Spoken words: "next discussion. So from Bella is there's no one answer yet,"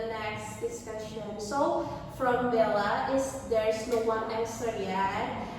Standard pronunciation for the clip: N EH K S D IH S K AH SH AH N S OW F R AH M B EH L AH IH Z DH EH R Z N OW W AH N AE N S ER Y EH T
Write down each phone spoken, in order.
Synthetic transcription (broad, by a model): N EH K S D IH S K AH SH AH N S OW F R AH M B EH L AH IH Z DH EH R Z N OW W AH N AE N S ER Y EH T